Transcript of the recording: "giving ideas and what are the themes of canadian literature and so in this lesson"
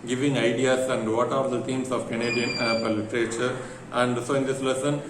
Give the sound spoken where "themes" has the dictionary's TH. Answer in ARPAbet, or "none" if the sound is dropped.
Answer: T